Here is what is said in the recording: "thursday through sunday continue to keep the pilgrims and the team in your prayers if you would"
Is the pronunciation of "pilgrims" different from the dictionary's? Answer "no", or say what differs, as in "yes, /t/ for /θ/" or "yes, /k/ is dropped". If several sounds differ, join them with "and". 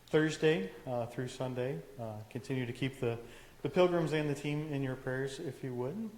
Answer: no